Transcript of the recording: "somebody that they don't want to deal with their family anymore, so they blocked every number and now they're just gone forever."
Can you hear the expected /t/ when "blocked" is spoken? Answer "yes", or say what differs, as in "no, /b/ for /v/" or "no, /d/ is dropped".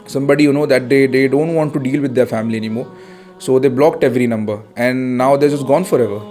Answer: yes